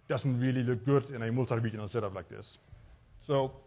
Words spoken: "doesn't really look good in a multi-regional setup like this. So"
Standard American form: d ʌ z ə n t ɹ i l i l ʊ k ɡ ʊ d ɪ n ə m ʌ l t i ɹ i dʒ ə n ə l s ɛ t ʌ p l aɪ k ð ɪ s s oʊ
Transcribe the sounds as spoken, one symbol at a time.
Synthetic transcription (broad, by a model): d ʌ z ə n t ɹ i l i l ʊ k ɡ ʊ d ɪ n ə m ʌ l s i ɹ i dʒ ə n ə n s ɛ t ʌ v l aɪ k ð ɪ s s oʊ